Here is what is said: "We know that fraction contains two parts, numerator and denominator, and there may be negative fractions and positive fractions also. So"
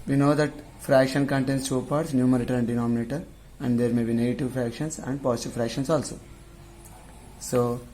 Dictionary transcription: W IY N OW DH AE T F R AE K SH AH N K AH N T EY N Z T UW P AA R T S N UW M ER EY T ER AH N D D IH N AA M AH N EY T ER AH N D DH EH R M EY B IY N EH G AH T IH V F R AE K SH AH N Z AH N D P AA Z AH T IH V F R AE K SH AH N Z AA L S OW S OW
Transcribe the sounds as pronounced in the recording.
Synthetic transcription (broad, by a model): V IY N OW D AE T F R AE K SH AH N K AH N T EY N S T UW P AA R T S N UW M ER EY T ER AH N D D IH N AA M AH N EY T ER AH N D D EH R M EY B IY N EH G AH T IH V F R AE K SH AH N S AH N D P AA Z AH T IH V F R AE K SH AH N S AA L S OW S OW